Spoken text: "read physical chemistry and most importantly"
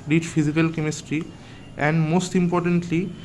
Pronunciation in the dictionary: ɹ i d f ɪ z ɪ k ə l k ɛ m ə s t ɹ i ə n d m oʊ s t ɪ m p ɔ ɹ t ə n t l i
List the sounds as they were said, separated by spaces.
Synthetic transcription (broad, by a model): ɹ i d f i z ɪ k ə l k ɛ m ə s t ɹ i ə n d m oʊ s t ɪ m p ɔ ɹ t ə n t l i